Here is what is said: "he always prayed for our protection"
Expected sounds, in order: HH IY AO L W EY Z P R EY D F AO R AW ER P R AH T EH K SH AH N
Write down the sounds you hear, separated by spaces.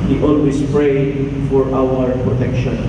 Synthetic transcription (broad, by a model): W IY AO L W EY S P R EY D F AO R AW ER P R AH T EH K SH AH N